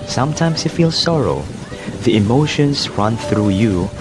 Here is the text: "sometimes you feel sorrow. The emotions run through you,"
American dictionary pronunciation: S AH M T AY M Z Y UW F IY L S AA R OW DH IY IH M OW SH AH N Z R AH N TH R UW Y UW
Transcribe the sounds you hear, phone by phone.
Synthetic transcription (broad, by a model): S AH M T AY M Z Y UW F IY L S AA R OW DH IY IH M OW SH AH N Z R AH N TH R UW Y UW